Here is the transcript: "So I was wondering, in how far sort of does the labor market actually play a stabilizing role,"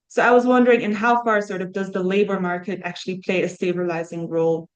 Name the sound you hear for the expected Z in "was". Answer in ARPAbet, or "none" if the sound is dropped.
Z